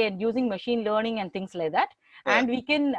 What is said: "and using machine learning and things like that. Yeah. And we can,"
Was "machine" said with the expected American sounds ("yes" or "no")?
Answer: yes